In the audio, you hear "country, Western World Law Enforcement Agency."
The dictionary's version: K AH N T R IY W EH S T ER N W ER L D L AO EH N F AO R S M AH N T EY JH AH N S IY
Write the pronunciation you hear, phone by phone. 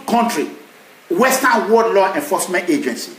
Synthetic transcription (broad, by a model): K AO N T R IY W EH S T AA N W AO D L AO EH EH F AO S M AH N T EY JH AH N S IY